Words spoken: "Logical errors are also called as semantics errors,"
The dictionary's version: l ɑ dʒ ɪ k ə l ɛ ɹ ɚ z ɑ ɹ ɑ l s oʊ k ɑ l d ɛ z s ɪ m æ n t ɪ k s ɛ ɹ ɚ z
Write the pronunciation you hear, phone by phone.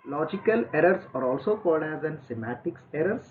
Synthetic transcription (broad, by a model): l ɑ dʒ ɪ k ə l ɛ ɹ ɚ s ɑ ɹ ɑ l s oʊ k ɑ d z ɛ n s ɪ m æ t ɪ k s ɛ ɹ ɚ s